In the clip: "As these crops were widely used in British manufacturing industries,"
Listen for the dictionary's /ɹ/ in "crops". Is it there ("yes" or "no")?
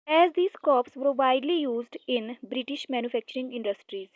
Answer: no